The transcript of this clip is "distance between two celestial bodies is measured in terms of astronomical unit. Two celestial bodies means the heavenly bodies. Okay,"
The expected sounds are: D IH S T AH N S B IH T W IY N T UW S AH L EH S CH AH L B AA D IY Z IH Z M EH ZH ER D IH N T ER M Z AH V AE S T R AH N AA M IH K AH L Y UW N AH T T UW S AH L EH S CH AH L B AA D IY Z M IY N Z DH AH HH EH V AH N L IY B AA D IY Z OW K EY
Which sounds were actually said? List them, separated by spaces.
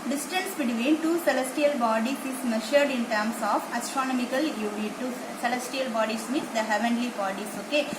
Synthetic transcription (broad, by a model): D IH S T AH N S B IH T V IY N T UW S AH L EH S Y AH L B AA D IY S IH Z M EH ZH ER D IH N T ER M S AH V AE S T R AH N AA M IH K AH L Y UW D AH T T UW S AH L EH S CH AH L B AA D IY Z M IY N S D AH HH EH V AH N L IY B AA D IY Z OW K EY